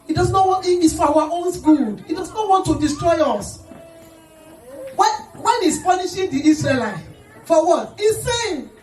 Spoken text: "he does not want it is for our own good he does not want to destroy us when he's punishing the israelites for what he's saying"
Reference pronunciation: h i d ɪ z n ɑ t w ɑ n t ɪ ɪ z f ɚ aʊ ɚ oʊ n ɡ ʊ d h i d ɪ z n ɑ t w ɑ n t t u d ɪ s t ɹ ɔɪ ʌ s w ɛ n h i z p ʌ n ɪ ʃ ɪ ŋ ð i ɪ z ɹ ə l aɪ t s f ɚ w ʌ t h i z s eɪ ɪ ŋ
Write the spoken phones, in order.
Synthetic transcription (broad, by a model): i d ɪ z n ɑ t w ɑ n t ɪ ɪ s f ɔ aʊ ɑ oʊ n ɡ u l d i d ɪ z n ɑ t w ɑ n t t u d ɪ s t ɹ ɔɪ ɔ s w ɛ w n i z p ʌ n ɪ ʃ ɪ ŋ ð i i s ɹ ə l aɪ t f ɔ w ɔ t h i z s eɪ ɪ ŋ